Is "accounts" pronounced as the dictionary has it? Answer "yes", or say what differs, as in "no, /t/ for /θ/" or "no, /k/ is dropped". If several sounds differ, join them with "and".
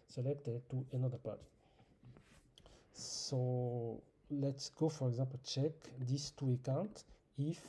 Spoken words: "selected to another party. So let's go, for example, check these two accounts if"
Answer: no, /s/ is dropped